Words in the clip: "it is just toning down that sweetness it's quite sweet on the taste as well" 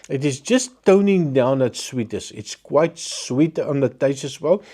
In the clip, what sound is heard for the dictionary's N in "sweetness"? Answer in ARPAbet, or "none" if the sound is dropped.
none